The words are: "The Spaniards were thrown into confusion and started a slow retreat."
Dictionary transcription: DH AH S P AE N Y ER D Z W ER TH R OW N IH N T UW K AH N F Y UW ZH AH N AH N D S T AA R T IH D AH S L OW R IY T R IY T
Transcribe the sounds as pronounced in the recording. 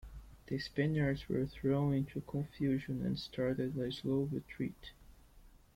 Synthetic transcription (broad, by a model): DH AH S P AE N Y ER D Z W ER TH R OW N IH N T UW K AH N F Y UW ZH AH N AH N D S T AA R T IH D AH S L OW R IY T R IY T